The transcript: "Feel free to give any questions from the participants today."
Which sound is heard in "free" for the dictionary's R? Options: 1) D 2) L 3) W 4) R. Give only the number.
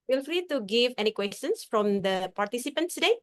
2